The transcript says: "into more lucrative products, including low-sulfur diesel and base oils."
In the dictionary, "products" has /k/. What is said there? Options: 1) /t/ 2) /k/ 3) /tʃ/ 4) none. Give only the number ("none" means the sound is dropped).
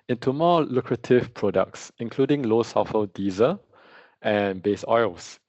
2